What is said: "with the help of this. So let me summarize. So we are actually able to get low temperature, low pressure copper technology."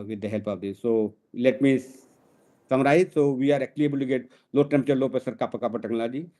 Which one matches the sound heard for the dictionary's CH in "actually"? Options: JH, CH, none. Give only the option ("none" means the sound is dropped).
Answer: none